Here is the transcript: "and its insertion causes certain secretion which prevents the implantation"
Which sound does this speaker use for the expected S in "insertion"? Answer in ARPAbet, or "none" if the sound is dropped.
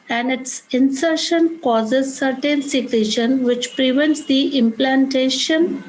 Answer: S